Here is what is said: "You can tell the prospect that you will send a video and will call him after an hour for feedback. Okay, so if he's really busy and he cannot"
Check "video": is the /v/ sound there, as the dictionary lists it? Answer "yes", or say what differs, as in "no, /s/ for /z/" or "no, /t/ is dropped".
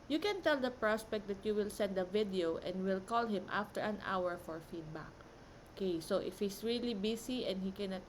yes